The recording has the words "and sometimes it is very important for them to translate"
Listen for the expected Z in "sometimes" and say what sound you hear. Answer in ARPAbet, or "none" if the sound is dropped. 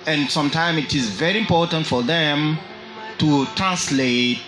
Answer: none